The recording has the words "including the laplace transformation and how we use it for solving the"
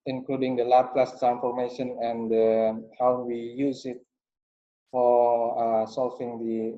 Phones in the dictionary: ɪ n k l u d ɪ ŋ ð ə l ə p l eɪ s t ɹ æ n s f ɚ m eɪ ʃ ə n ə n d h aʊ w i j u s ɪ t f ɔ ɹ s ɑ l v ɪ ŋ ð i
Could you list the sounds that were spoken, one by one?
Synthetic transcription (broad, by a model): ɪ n k l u d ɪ ŋ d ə l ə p l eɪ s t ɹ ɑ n f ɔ m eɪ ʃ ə n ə n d h aʊ w i j u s ɪ t f ɔ ɹ s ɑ l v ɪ ŋ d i